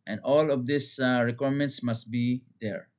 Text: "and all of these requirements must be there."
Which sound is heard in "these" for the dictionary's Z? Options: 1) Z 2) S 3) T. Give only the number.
2